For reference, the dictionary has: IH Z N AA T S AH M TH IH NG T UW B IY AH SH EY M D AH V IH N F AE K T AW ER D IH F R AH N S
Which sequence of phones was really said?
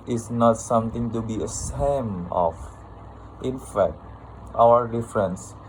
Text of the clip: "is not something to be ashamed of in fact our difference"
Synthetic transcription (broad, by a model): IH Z N AA T S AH M T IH NG T UW B IY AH S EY M AH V IH N F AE K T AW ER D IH F R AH N S